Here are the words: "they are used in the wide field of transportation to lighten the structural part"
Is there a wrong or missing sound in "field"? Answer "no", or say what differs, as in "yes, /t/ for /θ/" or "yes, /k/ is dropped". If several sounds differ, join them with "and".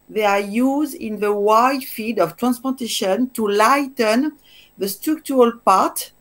yes, /l/ is dropped